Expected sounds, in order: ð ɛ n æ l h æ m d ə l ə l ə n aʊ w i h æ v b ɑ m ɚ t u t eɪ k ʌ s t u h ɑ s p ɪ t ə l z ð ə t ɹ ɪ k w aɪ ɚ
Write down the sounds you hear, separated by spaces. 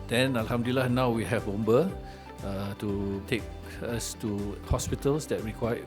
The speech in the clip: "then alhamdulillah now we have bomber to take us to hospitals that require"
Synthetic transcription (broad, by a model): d ɛ n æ l h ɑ m d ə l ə l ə n aʊ w i h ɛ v b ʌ ɚ t u t eɪ k ʌ s t u h ɑ s p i t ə l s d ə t ɹ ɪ k w aɪ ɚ